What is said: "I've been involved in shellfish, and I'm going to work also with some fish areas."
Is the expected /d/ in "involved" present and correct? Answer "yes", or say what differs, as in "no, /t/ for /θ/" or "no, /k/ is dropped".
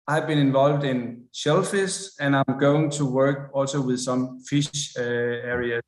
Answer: yes